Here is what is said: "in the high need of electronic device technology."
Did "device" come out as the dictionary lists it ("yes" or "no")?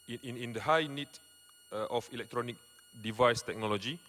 yes